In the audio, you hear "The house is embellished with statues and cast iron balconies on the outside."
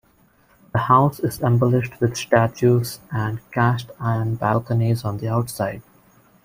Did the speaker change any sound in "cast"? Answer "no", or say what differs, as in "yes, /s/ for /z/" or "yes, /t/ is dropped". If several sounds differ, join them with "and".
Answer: yes, /ʃ/ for /s/